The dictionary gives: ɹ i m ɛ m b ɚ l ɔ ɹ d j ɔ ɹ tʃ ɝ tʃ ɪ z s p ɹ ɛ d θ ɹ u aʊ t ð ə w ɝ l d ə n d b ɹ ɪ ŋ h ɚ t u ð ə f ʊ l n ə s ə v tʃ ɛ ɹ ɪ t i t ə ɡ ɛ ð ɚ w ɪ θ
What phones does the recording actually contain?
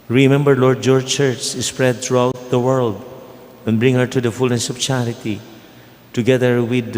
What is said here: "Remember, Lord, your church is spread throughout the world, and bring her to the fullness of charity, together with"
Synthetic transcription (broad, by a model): ɹ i m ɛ m b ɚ l ɔ ɹ d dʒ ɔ ɹ tʃ ɝ tʃ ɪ s p ɹ ɛ d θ ɹ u aʊ t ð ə w ɝ l d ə n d b ɹ ɪ ŋ h ɚ t u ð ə f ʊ l n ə s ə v tʃ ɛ ɹ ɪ t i t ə ɡ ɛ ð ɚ w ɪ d